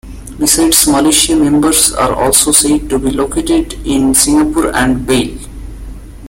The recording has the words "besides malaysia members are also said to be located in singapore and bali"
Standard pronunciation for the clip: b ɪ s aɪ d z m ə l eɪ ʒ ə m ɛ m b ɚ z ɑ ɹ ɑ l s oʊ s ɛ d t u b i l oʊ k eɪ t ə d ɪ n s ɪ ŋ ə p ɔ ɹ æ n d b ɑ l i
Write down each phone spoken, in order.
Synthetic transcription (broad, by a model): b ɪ s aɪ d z m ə l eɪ ʃ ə m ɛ m b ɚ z ɑ ɹ ɑ l s oʊ s ɛ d t u b i l oʊ k eɪ t ə d ɪ n s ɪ ŋ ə p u ɹ æ n d b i